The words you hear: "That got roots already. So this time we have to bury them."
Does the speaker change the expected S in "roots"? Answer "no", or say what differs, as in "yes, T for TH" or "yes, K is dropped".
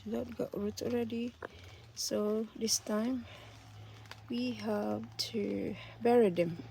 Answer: yes, S is dropped